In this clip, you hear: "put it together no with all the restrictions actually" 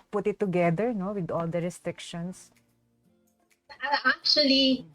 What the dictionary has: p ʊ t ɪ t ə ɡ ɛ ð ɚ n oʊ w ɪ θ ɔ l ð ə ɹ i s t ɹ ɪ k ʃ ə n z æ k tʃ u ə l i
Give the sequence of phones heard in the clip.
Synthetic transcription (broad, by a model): p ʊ t ɪ t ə ɡ ɛ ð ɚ n oʊ w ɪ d ɔ l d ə ɹ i s t ɹ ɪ k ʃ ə n s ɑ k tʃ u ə l i